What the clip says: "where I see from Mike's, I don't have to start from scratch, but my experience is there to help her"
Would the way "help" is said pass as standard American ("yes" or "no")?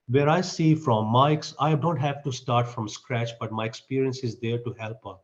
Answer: yes